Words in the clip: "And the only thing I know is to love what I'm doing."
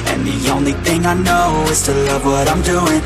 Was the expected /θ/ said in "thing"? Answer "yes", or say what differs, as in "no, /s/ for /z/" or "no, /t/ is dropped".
yes